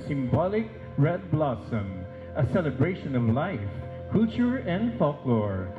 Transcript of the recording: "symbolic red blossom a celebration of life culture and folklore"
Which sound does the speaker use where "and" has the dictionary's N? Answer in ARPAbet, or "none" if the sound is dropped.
N